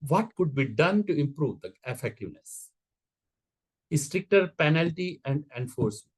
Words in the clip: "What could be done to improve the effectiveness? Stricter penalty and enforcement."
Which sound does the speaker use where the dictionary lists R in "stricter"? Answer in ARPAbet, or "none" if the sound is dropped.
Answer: R